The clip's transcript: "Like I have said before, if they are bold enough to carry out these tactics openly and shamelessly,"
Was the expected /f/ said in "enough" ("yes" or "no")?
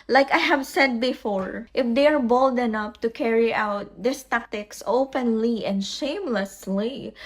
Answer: no